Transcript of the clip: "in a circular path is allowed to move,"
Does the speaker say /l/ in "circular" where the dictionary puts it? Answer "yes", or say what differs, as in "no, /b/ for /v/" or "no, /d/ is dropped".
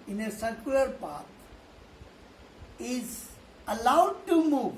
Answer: no, /l/ is dropped